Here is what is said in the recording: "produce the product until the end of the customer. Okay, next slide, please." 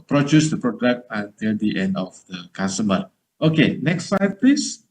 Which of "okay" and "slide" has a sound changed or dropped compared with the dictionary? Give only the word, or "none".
slide